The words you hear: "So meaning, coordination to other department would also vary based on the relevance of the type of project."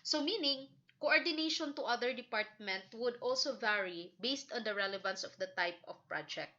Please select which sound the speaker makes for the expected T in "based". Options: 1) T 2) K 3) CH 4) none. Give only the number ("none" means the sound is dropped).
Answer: 1